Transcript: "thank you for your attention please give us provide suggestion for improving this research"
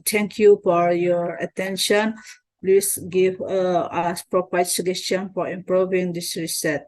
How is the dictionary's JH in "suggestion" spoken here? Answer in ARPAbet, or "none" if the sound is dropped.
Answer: none